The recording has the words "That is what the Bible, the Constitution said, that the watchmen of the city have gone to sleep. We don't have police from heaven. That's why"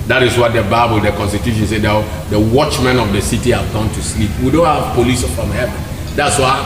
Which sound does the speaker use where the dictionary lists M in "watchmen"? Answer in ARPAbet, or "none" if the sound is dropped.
M